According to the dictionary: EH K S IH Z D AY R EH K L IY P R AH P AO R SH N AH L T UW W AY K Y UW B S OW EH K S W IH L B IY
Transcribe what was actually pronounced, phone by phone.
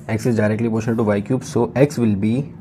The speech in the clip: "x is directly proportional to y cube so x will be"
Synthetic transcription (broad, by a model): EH K S IH Z D AY R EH K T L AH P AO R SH AH N T UW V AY K Y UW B S OW EH K S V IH L B IY